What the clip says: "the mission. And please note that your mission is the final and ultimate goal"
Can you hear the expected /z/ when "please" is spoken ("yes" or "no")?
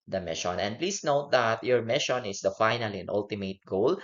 no